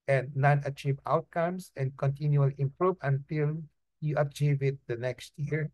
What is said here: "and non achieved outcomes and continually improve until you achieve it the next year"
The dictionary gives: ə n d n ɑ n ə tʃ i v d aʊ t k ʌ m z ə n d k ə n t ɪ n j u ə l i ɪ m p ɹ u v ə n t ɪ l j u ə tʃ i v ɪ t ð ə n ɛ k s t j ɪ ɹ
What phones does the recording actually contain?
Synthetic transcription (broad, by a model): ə n d n ɑ n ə tʃ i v aʊ t k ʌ m s ə n d k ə n t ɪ n j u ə l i ɪ m p ɹ u v ə n t ɪ l j u ə tʃ i v ɪ t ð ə n ɛ k s t j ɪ ɹ